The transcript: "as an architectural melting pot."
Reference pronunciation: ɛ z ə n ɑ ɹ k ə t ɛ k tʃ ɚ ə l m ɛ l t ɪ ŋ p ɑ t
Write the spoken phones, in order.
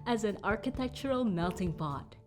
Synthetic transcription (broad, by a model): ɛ z ə n ɑ ɹ k ə t ɛ k tʃ ɚ ə l m ɛ l t ɪ ŋ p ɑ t